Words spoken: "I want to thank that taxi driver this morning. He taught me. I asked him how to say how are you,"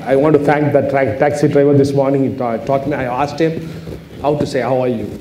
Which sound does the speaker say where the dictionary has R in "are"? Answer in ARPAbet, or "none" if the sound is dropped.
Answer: R